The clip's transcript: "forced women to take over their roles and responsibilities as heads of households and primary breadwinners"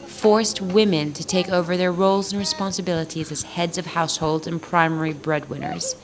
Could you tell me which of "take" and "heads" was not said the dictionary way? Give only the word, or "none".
none